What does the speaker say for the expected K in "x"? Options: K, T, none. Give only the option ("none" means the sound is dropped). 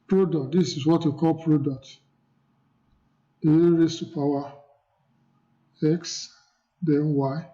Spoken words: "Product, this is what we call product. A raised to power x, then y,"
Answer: K